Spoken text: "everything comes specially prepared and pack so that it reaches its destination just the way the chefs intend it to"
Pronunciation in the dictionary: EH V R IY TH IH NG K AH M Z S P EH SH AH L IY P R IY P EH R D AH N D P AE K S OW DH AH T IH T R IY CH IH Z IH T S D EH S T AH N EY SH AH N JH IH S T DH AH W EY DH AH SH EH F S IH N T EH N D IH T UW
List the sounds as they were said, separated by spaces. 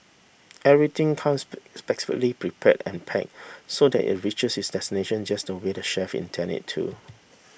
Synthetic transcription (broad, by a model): EH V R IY T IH NG K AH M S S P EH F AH L IY P R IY P EH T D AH N P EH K S OW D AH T IH T R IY CH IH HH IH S D EH S T AH N EY SH AH N JH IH S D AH W EY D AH SH EH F IH N T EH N IH T UW